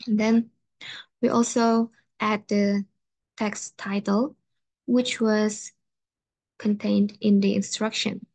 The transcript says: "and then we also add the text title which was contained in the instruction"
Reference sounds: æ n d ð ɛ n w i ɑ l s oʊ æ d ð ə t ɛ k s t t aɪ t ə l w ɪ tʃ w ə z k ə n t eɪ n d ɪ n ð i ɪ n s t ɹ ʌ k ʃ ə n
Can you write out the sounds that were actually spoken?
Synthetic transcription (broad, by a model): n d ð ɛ n w i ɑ l s oʊ æ d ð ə t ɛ k s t t aɪ t ə l w ɪ tʃ w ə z k ə n t eɪ n d ɪ n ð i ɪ n s t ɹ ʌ k ʃ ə n